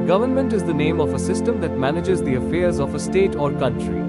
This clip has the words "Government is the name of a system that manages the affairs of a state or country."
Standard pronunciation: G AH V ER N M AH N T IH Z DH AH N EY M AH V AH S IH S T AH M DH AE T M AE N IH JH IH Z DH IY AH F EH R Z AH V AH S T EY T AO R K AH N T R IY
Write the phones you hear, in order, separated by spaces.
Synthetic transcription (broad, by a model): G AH V ER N M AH N T IH Z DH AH N EY M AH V AH S IH S T AH M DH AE T M AE N IH JH IH Z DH IY AH F EH R Z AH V AH S T EY T AO R K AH N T R IY